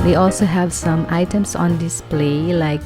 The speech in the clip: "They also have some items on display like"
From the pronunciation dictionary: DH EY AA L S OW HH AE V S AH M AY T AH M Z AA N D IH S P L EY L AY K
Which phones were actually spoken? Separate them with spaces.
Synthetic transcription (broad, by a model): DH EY AA L S OW HH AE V S AH M AY T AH M S AA N D IH S P L EY L AY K